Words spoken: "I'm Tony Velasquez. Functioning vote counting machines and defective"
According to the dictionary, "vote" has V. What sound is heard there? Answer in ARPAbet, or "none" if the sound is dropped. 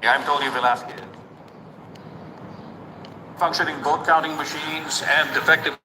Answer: B